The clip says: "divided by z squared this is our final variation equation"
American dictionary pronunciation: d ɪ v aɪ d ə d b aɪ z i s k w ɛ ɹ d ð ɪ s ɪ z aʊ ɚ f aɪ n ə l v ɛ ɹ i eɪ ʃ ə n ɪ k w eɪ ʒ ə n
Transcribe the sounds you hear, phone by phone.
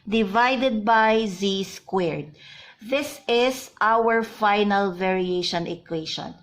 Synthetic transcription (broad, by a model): d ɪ v aɪ d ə d b aɪ z i s k w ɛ ɹ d ð ɪ s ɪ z aʊ ɚ f aɪ n ə l v ɛ ɹ i eɪ ʃ ə n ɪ k w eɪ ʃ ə n